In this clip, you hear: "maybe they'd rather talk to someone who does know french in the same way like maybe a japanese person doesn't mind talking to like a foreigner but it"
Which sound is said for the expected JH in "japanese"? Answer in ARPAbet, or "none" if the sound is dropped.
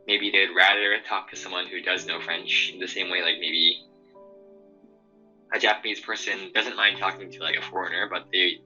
JH